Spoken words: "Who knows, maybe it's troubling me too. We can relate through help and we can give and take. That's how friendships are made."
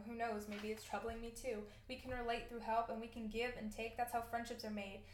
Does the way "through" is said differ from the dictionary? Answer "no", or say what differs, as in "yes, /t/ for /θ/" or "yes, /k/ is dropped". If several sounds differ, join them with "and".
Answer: no